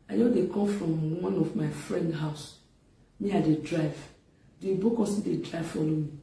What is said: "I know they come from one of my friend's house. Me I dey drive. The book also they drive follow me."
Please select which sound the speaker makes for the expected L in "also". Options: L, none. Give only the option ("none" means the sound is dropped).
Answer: none